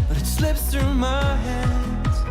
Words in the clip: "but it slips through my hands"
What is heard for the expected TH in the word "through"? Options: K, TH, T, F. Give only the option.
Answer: TH